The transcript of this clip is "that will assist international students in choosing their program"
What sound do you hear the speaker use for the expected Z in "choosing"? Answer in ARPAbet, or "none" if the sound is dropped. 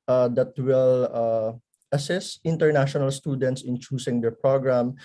S